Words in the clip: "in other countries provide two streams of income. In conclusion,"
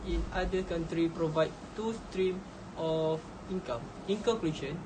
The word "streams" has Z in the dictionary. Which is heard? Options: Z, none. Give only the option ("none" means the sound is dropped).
none